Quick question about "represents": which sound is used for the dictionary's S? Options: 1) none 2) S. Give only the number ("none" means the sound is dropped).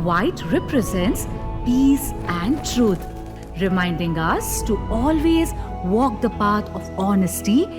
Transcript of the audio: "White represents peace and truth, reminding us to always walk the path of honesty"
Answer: 2